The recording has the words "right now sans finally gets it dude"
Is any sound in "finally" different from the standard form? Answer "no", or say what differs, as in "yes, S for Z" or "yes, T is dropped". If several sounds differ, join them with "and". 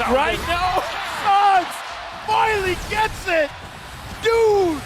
yes, N is dropped